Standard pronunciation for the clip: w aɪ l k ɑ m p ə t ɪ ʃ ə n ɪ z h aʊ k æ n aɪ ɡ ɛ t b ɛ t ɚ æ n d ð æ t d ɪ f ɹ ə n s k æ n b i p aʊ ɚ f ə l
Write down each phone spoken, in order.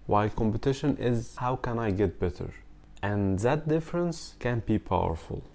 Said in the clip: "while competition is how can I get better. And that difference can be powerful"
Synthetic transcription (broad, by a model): w aɪ l k ɑ m p ə t ɪ ʃ ə n ɪ z h aʊ k æ n aɪ ɡ ɛ t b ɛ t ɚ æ n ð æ t d ɪ f ɹ ə n s k æ n b i p aʊ ɚ f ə l